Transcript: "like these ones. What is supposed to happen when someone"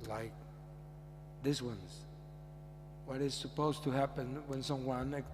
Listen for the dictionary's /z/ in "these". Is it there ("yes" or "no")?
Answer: no